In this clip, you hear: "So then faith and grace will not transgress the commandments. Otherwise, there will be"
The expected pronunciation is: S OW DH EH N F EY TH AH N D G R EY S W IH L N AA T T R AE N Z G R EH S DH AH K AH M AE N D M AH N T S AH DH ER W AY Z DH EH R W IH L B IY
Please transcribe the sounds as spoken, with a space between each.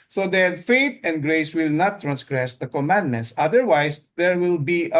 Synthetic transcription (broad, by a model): S OW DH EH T F EY T AH N D G R EY S W IH L N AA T T R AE N S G R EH S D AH K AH M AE N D M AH N T S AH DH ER W AY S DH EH R W IH L B IY